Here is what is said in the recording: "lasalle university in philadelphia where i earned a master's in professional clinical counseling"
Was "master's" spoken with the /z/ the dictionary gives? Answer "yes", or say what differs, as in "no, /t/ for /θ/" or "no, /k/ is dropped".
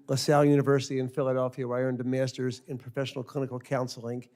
yes